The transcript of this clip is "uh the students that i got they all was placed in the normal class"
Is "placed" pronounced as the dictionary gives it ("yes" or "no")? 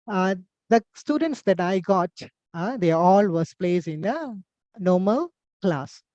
no